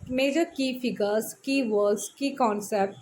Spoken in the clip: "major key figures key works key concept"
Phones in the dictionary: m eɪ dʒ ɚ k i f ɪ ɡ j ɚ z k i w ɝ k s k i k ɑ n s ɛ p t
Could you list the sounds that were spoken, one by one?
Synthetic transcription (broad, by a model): m eɪ dʒ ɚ k i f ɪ ɡ ɚ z k i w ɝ s k i k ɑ n s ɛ p t